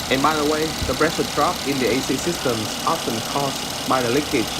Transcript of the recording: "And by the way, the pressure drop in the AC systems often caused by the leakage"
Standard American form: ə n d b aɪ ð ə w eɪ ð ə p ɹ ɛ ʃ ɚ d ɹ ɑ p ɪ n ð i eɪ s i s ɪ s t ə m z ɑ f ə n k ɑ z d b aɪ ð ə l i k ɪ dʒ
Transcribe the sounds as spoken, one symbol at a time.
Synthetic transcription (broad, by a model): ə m aɪ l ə w eɪ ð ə b ɹ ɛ s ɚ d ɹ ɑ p ɪ n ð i eɪ s i s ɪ s t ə m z ɑ f ə n k ɑ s b aɪ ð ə l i k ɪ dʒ